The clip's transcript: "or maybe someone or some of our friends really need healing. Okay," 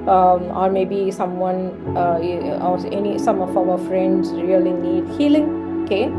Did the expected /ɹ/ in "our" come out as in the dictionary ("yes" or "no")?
no